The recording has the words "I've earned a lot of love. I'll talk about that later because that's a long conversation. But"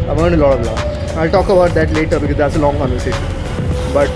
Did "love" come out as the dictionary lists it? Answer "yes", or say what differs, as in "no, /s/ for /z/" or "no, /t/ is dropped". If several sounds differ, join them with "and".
no, /v/ is dropped